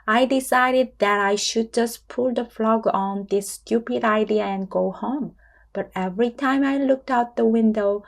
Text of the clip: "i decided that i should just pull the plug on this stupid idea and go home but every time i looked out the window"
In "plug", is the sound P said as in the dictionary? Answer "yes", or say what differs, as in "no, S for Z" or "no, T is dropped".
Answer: no, F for P